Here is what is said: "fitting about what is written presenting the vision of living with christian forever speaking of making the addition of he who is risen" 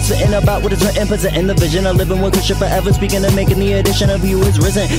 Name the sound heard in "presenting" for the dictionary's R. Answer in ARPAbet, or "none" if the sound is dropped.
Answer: none